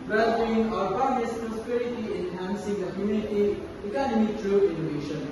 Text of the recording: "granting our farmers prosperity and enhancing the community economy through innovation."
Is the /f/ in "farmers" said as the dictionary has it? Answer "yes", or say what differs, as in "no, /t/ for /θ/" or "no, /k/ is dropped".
no, /p/ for /f/